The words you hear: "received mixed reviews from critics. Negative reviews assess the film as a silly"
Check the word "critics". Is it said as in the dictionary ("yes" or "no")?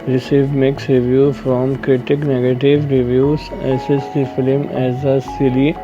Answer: no